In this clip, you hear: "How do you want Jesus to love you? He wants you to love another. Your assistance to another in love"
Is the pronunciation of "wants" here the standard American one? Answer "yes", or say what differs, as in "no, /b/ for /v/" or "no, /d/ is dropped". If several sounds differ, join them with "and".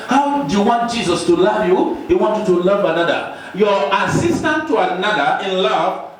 no, /s/ is dropped